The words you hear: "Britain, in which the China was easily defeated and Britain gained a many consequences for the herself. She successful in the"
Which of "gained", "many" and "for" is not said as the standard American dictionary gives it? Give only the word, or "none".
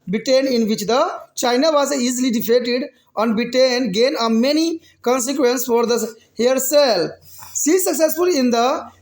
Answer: gained